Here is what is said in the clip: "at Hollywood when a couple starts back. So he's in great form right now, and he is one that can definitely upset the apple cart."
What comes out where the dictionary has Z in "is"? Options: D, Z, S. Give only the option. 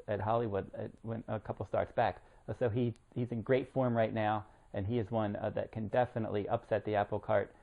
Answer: Z